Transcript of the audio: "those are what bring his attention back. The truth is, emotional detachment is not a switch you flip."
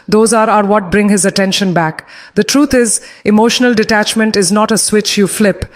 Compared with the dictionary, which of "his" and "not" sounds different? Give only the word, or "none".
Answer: none